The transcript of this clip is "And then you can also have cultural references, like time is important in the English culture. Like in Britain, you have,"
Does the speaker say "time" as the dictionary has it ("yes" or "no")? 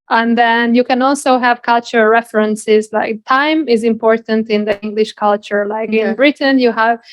yes